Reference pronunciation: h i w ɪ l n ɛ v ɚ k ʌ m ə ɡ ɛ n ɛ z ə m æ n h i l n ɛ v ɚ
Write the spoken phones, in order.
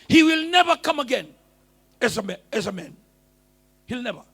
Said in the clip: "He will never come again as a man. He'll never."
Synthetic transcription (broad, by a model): h i w ɪ l n ɛ v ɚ k ʌ m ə ɡ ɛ n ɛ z ə m æ n h i l n ɛ v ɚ